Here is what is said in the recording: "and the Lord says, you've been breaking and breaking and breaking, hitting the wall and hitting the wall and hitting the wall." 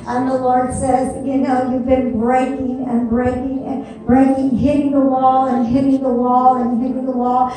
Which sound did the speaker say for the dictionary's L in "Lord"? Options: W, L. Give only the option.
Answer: L